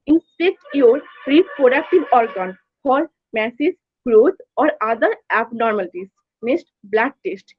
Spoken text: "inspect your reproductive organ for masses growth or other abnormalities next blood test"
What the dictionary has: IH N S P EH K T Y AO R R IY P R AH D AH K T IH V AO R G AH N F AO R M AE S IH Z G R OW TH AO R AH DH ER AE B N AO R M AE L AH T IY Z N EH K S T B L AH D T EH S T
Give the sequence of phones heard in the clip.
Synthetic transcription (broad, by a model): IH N S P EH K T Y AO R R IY P R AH D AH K T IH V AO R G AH N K AO L M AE S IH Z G R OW T AO R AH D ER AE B N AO R M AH L T IY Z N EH S T B L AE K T EH S T